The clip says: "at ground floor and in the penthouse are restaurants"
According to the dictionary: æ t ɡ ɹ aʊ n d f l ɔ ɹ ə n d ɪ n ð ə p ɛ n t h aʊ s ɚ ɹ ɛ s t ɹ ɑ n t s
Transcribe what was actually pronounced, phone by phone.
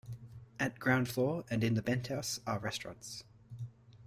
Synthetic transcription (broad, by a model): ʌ t ɡ ɹ aʊ n d f l ɔ ɹ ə n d ɪ n ð ə b ɛ n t h aʊ s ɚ ɹ ɛ s t ɹ ɑ n t s